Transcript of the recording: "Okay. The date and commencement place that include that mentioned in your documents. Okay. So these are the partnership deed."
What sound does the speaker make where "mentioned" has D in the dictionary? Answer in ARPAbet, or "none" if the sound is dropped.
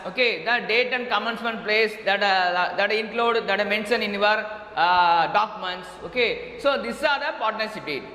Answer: none